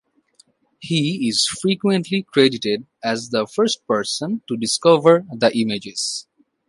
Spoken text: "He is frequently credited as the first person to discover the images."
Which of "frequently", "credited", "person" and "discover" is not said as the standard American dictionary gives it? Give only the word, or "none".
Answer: none